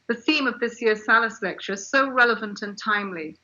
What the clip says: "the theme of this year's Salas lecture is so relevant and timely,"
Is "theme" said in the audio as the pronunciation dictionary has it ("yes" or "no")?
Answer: yes